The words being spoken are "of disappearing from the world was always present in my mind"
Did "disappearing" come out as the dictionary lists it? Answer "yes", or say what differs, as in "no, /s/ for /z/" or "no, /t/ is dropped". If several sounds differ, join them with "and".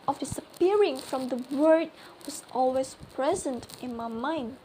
yes